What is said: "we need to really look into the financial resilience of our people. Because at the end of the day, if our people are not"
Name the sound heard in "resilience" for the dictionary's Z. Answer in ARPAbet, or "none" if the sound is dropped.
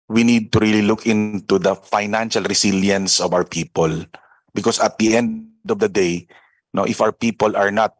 S